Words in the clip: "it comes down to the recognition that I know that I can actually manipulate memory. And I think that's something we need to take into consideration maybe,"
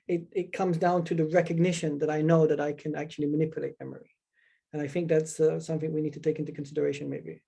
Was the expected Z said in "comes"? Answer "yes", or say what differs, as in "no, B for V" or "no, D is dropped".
yes